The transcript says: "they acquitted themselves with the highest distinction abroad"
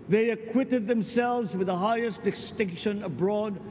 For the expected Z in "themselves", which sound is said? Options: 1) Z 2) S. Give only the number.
1